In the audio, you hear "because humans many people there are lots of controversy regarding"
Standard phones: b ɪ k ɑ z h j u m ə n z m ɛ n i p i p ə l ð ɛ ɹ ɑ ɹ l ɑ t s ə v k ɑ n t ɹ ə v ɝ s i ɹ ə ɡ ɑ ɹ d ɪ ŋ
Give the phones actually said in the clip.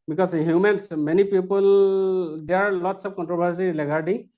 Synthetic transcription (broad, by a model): b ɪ k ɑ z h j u m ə n s m ɛ n i p i p ə l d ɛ ɑ ɹ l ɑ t s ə p k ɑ n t ɹ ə b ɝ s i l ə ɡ ɑ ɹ d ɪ